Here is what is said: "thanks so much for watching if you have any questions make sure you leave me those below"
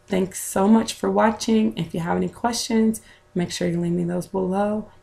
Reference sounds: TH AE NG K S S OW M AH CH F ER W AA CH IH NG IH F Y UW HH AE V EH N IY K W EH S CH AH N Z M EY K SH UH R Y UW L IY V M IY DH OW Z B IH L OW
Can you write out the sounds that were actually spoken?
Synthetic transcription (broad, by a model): TH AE NG K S S OW M AH CH F ER W AA CH IH NG IH F Y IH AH V EH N IY K W EH S CH AH N Z M EY K SH UH R Y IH L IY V M IY DH OW Z B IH L OW